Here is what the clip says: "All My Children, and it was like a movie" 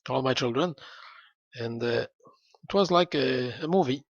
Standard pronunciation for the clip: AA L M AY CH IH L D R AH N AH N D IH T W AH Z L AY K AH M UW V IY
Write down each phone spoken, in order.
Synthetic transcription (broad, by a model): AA L M AY CH IH L D R AH N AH N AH IH T W AH Z L AY K AH M UW V IY